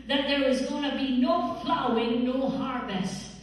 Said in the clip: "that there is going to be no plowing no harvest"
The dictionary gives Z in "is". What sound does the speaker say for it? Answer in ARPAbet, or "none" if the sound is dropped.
Z